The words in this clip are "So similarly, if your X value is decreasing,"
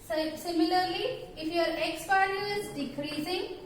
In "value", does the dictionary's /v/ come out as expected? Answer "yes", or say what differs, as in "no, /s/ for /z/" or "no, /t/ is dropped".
no, /p/ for /v/